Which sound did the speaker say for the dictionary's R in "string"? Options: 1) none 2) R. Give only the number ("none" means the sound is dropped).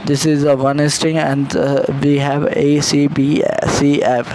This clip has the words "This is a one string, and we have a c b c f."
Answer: 1